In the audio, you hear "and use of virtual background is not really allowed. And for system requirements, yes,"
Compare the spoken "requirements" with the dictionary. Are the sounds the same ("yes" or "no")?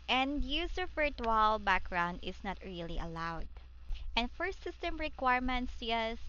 yes